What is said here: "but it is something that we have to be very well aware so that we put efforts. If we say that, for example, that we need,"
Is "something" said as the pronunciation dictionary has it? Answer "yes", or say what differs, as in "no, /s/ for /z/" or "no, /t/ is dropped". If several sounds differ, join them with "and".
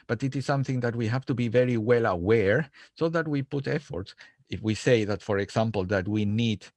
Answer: yes